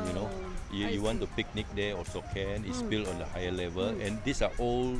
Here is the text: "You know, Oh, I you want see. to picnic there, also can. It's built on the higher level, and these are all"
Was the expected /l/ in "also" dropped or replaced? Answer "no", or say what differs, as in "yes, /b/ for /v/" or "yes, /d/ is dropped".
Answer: yes, /l/ is dropped